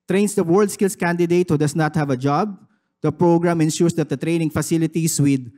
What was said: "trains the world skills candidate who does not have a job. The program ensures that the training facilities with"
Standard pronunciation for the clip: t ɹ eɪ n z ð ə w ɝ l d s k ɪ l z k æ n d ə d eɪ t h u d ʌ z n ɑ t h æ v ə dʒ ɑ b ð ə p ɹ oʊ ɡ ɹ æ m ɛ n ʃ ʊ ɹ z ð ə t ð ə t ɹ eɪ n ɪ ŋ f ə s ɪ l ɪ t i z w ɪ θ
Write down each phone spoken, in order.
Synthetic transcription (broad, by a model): t ɹ eɪ n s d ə w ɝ l d s k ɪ l s k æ n d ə d eɪ t h u d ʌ s n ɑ t h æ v ə dʒ ɑ b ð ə p ɹ oʊ ɡ ɹ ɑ m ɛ n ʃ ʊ ɹ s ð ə t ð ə t ɹ eɪ n ɪ ŋ f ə s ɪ l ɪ t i s w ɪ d